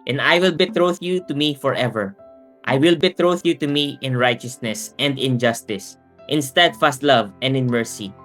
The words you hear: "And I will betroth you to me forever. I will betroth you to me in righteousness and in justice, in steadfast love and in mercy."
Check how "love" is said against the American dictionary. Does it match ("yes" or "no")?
yes